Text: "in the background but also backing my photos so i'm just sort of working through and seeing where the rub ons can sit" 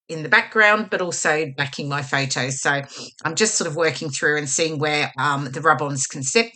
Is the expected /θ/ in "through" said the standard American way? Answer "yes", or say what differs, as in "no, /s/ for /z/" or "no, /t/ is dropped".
yes